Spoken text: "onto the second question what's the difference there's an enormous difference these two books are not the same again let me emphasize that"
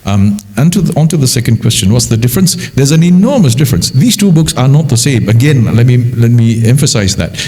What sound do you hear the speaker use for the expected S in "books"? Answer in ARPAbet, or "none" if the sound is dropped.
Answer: S